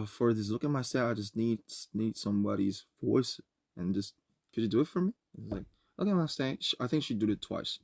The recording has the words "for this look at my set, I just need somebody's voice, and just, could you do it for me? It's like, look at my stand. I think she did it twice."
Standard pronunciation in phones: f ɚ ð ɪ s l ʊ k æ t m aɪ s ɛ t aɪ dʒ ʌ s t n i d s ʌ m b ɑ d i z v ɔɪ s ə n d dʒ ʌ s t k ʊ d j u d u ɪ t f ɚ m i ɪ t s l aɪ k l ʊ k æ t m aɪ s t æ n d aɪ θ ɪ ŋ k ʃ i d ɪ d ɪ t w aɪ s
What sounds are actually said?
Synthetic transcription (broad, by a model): f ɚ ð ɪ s l ʊ k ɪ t m aɪ s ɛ aɪ dʒ ʌ s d n i d s ʌ m b ɑ d i z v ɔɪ s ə n dʒ ʌ s t k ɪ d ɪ d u ɪ t f ɚ m i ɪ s l aɪ k l ʊ k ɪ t m aɪ s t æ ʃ aɪ θ ɪ ŋ k ʃ i d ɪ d ɪ t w aɪ s